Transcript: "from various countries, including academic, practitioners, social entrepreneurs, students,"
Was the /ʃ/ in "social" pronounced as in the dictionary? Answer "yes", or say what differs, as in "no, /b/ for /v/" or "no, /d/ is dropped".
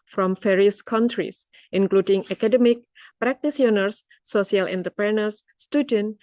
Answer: no, /s/ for /ʃ/